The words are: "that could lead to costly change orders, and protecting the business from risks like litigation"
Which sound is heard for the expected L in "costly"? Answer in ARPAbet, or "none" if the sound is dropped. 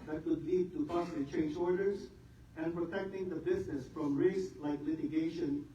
none